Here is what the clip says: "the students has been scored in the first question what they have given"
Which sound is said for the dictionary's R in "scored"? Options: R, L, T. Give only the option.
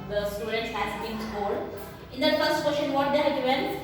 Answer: L